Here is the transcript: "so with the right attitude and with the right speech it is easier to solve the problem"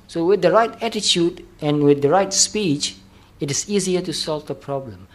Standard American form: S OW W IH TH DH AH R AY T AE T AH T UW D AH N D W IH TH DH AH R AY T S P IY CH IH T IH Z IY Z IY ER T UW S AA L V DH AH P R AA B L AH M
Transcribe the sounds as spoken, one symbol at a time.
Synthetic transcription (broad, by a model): S OW W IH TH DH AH R AY T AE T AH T UW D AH N W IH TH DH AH R AY T S P IY CH IH T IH S IY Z IY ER T UW S AA L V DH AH P R AA B L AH M